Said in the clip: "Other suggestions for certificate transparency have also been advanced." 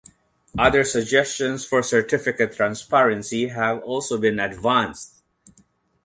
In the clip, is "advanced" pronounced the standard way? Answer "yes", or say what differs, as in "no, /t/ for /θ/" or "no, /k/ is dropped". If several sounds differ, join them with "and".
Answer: yes